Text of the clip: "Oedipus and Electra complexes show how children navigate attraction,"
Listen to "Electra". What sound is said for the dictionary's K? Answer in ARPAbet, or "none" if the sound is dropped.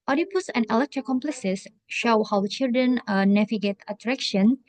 K